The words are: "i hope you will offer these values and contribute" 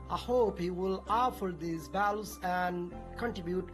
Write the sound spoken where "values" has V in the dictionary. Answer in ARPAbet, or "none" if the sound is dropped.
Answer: B